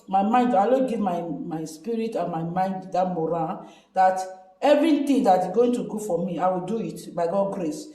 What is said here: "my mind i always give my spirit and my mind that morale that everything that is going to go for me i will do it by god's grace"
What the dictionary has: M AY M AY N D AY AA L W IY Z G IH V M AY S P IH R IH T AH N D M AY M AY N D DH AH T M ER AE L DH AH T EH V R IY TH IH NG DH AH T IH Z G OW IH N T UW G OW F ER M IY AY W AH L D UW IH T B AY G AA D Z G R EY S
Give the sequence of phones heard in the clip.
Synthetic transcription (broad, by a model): M AY M AY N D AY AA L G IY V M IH M AY S P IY R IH T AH N M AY M AY N D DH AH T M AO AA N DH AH T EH V R IY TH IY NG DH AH T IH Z G OW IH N T UW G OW F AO M IY AY W AH L D UW IH T B AY G AA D G R EY S